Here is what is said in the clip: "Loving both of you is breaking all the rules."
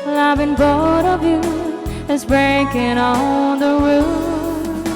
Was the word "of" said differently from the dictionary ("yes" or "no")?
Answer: no